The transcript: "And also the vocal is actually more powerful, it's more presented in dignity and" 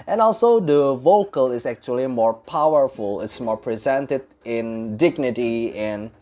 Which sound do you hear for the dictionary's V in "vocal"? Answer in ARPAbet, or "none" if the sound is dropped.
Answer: V